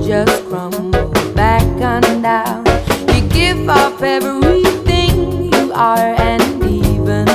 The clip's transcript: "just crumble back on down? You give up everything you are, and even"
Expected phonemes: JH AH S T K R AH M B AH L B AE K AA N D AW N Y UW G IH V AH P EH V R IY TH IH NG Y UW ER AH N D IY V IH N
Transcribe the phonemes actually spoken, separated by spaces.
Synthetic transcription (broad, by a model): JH AH S T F R AH M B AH B AE K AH N D AW N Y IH G IH V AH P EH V IY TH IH NG Y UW ER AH N IY V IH N